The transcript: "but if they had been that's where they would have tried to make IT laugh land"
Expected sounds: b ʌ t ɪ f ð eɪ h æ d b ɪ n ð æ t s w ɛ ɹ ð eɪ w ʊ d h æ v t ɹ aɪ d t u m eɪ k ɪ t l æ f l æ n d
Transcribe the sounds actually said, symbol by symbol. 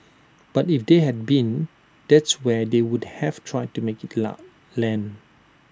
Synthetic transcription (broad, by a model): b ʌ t ɪ f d eɪ h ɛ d b ɪ n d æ t s w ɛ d eɪ w ʊ d h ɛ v t ɹ aɪ d t u m eɪ k ɪ t l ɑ l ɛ n